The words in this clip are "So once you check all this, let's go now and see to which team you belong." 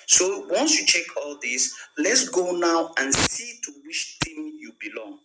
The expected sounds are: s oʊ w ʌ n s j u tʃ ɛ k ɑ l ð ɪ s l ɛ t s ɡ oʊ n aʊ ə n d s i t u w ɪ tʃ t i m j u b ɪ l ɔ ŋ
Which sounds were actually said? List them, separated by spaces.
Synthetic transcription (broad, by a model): s oʊ w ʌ n s j u tʃ ɛ k ɑ l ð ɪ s l ɛ t s ɡ oʊ n aʊ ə n s i t u w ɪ ʃ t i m j u b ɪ l ɔ ŋ